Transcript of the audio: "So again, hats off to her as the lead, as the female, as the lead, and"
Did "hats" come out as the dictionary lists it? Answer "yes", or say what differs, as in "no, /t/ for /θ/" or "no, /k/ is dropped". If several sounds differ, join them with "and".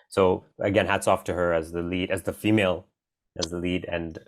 yes